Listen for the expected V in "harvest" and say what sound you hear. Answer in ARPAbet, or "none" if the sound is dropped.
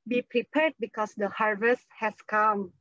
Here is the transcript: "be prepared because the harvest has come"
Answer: V